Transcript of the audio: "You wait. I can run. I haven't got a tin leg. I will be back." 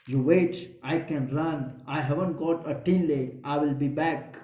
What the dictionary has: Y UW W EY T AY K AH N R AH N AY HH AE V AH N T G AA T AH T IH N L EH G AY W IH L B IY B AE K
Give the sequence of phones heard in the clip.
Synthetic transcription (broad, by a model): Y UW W EY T AY K AH N R AH N AY HH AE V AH N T G AA T AH T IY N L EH AY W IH L B IY B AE K